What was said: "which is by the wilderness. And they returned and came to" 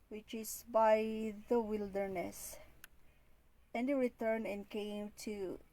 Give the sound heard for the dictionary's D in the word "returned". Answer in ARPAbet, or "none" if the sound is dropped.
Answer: none